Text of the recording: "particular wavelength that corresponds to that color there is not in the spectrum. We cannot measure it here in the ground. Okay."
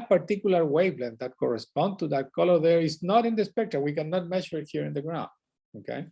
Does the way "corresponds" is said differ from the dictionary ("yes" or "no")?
yes